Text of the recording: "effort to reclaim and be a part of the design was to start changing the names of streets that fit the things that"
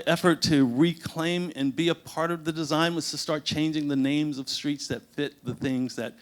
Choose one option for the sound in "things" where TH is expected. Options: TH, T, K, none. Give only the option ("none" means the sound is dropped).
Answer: TH